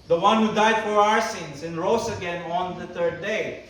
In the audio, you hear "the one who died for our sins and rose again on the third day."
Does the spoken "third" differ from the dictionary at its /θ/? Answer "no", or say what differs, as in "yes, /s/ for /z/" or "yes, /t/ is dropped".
yes, /t/ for /θ/